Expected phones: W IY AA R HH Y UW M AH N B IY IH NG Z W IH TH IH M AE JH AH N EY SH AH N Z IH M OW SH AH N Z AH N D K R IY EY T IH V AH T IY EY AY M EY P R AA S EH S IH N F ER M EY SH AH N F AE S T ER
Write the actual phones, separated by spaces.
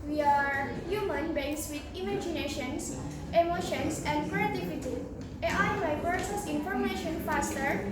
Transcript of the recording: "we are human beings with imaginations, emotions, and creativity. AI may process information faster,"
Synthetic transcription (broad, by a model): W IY AA R HH Y UW M AH N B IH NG S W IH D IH M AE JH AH N EY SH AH N S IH M OW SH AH N S AH N D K R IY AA T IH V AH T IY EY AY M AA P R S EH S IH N F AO M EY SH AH N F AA S T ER